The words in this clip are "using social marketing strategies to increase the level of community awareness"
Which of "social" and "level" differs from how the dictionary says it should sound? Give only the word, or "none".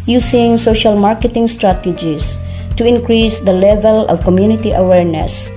none